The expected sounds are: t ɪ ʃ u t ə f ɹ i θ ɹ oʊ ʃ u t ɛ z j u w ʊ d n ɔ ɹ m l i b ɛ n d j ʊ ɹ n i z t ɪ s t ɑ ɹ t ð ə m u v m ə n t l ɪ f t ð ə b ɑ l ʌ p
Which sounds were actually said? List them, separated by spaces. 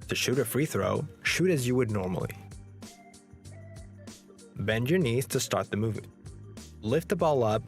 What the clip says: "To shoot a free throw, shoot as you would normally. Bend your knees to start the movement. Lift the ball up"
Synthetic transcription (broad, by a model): t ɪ ʃ u t ə f ɹ i θ ɹ oʊ ʃ u t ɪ z j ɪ w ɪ d n ɔ ɹ m l i b ɛ n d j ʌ ɹ n i z t ɪ s t ɑ ɹ t ð ə m u v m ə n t l ɪ f t ð ə b ɑ l ʌ p